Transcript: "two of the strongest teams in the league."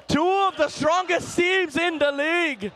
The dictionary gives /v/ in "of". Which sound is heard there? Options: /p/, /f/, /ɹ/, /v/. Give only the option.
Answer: /v/